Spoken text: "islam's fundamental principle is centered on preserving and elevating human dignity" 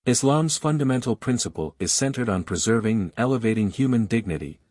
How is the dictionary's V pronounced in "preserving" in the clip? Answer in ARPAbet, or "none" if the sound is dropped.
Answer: V